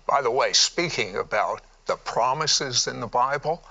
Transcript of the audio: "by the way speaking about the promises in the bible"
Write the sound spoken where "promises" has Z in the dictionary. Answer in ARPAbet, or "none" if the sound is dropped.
Z